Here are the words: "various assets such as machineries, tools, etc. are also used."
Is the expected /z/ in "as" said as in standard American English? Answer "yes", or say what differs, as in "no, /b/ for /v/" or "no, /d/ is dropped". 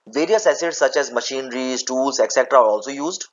yes